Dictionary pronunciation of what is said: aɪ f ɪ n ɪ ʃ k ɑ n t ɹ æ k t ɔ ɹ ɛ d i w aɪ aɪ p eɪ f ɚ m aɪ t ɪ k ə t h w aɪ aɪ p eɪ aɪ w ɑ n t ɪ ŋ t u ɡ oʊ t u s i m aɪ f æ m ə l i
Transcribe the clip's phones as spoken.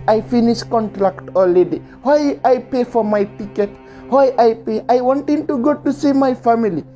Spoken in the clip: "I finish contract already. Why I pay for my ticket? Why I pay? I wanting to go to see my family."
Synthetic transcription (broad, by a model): aɪ f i n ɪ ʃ k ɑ n t ɹ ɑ k t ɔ l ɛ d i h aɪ aɪ p eɪ f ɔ m aɪ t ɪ k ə t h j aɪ aɪ p eɪ aɪ w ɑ n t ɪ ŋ t u ɡ oʊ t u s i m aɪ f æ m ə l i